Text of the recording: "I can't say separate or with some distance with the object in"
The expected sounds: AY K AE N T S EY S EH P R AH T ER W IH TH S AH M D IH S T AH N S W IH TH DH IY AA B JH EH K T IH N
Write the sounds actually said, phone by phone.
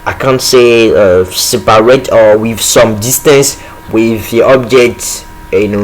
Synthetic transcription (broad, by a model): AY K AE N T S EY S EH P R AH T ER W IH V S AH M D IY S T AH N S W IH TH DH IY AA B JH EH K T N